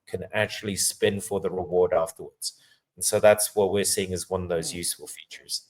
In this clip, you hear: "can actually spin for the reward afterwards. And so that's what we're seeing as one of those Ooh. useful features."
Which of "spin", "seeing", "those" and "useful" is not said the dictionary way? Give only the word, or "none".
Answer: none